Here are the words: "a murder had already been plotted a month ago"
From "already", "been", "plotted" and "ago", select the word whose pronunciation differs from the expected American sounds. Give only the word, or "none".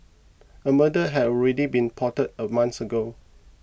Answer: plotted